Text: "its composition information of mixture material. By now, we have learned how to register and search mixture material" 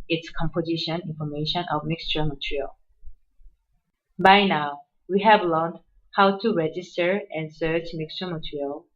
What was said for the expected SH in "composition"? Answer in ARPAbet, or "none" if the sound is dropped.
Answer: SH